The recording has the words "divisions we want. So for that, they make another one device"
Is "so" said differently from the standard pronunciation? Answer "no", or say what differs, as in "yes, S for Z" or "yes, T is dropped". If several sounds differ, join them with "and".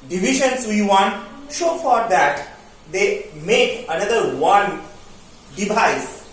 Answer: yes, SH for S